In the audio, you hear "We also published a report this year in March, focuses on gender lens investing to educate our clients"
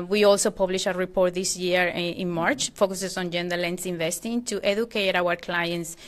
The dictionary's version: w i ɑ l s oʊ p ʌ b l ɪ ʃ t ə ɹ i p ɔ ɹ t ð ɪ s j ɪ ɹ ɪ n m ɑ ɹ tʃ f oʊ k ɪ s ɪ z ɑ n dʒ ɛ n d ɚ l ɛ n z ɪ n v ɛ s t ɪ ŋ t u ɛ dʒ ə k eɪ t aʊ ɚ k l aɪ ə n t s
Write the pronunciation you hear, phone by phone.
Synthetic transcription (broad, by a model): w i ɑ l s oʊ p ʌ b l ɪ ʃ ə ɹ i p ɔ ɹ t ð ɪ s j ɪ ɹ ɪ n m ɑ ɹ tʃ f oʊ k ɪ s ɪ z ɑ n dʒ ɛ n d ɚ l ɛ n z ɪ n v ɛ s t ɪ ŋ t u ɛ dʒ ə k eɪ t aʊ ɚ k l aɪ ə n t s